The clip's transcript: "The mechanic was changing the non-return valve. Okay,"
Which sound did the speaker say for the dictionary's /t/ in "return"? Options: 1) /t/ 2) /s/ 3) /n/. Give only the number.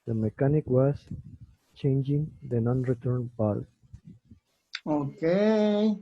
1